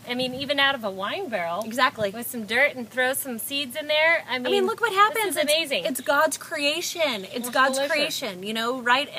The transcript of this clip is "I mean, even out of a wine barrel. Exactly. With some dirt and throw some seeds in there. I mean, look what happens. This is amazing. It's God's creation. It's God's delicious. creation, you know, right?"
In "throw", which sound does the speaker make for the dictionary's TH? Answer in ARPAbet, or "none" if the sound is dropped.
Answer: TH